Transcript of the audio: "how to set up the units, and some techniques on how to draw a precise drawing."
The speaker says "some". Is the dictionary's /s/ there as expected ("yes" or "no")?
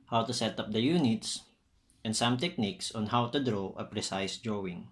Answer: yes